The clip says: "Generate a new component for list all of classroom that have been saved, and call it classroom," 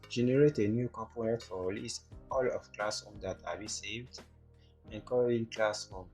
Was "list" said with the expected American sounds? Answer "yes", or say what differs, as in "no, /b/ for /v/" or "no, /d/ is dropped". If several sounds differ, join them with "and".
no, /t/ is dropped